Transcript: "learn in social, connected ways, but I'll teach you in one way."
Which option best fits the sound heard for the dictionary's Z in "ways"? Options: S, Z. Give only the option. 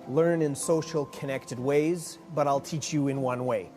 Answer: Z